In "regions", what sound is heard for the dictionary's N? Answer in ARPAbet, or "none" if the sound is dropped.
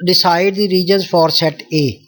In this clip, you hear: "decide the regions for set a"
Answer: N